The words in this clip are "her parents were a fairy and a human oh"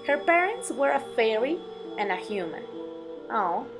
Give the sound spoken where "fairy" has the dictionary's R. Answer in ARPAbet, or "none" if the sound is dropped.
L